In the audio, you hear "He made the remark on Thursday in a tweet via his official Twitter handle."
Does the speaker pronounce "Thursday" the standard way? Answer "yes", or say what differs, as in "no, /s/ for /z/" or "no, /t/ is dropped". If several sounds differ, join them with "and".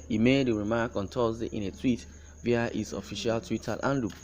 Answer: no, /t/ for /θ/